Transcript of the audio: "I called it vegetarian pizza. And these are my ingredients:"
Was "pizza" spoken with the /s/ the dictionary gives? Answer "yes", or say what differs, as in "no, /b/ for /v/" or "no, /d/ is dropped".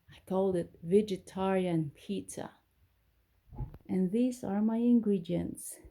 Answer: no, /s/ is dropped